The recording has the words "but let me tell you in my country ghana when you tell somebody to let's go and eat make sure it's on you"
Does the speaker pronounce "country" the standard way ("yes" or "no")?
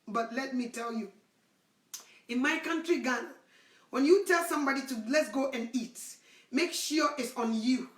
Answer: yes